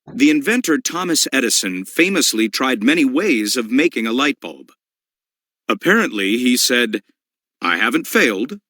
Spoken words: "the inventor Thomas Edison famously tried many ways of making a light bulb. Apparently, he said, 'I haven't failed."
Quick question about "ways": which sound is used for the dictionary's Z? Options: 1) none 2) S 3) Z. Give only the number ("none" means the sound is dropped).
3